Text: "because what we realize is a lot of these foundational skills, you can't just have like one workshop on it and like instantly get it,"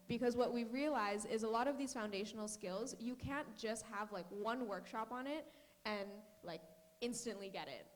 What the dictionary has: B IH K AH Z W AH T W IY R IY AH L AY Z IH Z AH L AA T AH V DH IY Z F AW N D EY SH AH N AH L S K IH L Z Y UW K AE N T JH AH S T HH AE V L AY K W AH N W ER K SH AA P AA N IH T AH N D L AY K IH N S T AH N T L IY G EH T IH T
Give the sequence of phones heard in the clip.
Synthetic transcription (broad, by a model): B IH K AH Z W AH T W IY R IY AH L AY Z IH Z AH L AA T AH V DH IY Z F AW N D EY SH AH N L S K IH L Z Y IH K AE N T JH AH S T HH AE V L AY K W AH N W ER K SH AA P N IH T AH N L AY K IH N S T AH N T L IY G EH T IH T